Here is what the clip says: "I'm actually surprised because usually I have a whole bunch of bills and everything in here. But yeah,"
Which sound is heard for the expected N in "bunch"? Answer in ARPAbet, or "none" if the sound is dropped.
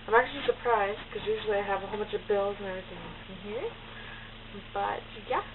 none